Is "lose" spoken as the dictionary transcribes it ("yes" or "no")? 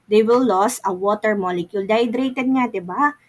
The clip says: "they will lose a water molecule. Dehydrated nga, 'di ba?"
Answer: no